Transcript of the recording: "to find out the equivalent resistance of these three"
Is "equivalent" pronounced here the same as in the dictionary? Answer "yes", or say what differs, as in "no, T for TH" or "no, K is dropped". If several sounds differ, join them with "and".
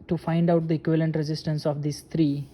yes